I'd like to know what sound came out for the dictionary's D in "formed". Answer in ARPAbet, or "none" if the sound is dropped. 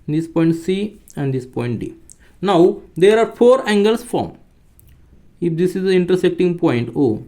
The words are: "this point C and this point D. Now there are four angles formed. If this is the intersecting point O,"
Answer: none